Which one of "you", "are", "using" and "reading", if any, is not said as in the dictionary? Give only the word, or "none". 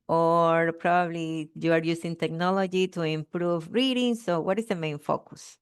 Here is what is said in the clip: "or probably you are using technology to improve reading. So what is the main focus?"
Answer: using